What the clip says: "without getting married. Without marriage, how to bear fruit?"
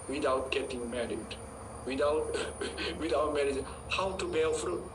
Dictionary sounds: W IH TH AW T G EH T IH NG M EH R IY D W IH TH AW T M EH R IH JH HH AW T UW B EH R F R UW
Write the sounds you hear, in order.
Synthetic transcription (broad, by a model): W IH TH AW T G EH T IH NG M EH R IY D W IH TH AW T M EH R IH JH HH AW T UW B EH L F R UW